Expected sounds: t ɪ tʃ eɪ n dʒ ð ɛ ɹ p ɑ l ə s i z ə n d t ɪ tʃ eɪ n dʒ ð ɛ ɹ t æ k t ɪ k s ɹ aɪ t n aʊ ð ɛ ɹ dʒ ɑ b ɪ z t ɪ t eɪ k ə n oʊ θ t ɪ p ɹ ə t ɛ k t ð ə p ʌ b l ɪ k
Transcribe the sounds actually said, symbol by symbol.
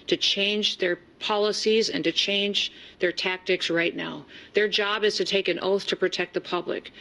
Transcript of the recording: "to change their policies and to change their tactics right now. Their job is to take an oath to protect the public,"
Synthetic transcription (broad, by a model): t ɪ tʃ eɪ n dʒ ð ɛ ɹ p ɑ l ə s i z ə n t ɪ tʃ eɪ n dʒ ð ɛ ɹ t æ k t ɪ k s ɹ aɪ t n aʊ ð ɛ ɹ dʒ ɑ b ɪ z t ɪ t eɪ k ə n oʊ θ t ɪ p ɹ ə t ɛ k t ð ə p ʌ b l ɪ k